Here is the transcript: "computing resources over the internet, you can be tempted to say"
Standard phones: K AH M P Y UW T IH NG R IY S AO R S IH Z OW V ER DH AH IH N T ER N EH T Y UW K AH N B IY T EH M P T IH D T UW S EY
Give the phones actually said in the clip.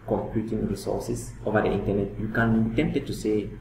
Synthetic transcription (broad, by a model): K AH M P Y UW T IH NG R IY S AO S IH S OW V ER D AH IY N T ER N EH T Y UW K AH N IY T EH M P T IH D T UW S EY